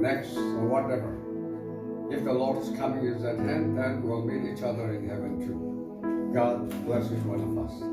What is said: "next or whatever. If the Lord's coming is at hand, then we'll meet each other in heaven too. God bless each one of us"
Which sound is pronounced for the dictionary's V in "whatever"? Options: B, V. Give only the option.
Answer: V